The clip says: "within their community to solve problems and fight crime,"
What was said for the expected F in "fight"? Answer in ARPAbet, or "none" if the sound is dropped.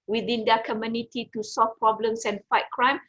F